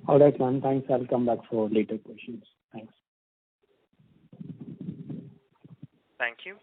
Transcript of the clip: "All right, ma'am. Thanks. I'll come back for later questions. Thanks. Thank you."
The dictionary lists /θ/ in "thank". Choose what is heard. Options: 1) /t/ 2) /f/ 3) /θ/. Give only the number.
1